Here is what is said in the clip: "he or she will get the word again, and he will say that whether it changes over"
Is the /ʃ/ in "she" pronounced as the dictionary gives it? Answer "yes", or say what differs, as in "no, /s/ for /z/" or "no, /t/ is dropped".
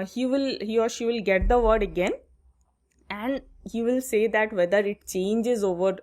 yes